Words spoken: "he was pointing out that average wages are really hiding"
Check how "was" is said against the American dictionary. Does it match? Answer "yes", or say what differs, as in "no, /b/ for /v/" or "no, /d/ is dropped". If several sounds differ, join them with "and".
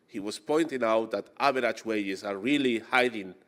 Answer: no, /s/ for /z/